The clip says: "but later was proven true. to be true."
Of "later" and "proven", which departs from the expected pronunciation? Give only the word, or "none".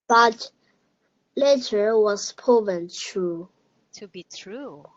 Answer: proven